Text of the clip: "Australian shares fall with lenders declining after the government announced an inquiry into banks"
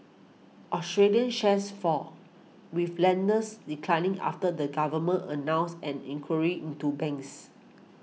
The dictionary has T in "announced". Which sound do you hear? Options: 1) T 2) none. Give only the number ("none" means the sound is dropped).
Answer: 2